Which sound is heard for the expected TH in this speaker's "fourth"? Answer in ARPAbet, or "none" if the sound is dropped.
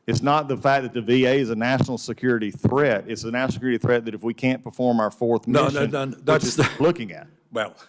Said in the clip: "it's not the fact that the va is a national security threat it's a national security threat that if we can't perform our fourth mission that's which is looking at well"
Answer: TH